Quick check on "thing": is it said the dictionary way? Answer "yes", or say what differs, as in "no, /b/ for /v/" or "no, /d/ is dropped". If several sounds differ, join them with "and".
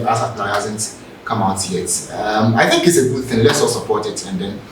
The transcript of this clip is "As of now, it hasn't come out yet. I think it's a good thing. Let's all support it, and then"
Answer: yes